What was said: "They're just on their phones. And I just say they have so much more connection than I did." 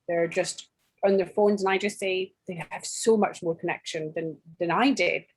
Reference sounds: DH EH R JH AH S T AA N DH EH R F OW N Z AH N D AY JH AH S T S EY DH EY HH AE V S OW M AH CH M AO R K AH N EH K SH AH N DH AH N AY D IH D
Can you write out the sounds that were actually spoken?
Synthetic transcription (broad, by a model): DH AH R JH AH S T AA N DH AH R F OW N Z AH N AY JH AH S T S EY DH EY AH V S OW M AH CH M AO R K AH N EH K SH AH N DH AH N AY D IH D